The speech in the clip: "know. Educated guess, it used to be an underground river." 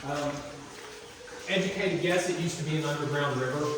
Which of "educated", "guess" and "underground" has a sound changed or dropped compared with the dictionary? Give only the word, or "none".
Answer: none